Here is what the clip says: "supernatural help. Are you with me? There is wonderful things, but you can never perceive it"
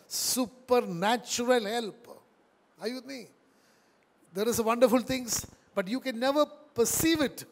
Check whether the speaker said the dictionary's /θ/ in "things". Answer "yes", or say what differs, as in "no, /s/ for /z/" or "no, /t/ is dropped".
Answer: no, /t/ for /θ/